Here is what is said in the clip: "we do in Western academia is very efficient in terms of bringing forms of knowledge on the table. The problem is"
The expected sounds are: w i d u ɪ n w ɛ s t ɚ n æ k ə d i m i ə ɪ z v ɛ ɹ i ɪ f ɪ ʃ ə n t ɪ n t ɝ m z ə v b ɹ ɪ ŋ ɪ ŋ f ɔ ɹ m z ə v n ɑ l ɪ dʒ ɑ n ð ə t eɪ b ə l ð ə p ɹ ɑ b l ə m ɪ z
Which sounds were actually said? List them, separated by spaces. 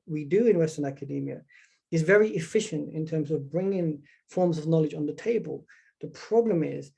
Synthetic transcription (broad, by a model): w i d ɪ ɪ n w ɛ s t ɚ n æ k ə d i m i ə ɪ z v ɛ ɹ i ɪ f ɪ ʃ ə n t ɪ n t ɝ m z ə v b ɹ ɪ ŋ ɪ ŋ f ɔ ɹ m z ə v n ɑ l ɪ dʒ n ð ə t eɪ b ə l ð ə p ɹ ɑ b l ə m ɪ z